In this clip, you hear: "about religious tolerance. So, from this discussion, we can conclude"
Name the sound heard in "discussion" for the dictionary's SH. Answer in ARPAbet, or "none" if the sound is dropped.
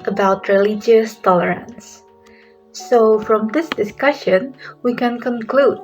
SH